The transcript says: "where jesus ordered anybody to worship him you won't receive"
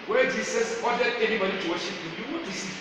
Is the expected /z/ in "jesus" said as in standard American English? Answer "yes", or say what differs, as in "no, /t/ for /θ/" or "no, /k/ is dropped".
no, /s/ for /z/